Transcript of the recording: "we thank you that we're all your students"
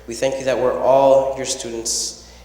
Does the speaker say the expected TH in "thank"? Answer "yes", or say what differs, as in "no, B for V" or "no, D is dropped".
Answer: yes